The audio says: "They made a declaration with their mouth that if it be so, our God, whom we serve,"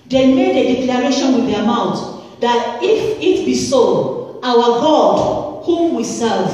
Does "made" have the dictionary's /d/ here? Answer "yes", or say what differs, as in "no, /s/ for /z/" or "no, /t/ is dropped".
yes